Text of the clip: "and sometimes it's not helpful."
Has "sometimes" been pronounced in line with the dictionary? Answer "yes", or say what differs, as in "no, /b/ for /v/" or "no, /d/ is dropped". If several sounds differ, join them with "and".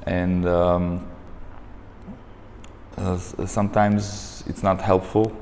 yes